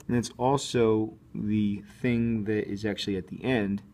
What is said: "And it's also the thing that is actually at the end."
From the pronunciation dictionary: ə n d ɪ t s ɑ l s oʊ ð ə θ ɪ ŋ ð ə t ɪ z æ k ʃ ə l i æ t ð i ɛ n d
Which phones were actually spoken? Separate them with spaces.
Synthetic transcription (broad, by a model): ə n ɪ t s ɑ l s oʊ ð ə θ ɪ ŋ ð ə t ɪ z æ k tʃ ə l i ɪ t ð i ɛ n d